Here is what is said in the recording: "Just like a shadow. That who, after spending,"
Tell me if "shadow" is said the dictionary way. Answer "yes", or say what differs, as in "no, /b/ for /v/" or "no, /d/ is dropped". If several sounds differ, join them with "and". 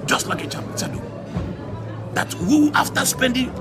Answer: no, /s/ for /ʃ/